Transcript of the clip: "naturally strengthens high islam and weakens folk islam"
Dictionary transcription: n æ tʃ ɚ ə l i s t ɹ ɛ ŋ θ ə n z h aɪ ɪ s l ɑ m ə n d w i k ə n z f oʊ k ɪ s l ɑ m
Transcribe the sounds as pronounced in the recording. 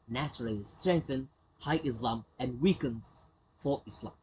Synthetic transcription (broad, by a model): n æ tʃ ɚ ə l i s t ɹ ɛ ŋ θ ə n h aɪ ɪ s l ɑ m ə n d w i k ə n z f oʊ ɪ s l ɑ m